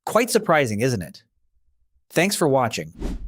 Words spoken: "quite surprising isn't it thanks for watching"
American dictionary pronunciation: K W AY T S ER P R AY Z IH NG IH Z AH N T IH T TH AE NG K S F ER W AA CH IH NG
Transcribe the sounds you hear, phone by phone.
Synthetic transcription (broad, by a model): K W AY T S ER P R AY Z IH NG IH Z AH N T IH T TH AE NG K S F ER W AA CH IH NG